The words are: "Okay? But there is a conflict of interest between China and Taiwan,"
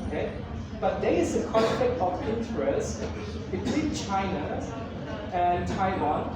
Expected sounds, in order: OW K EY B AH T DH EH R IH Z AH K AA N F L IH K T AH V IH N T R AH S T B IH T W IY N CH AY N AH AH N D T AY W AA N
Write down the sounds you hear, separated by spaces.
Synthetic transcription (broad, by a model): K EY B AH T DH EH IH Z AH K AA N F IH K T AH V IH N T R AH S B IH T W IY N CH AY N AH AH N T AY W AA N